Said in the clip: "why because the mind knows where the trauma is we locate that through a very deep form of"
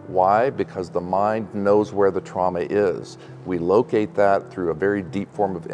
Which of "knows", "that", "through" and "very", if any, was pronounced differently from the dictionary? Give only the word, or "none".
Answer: none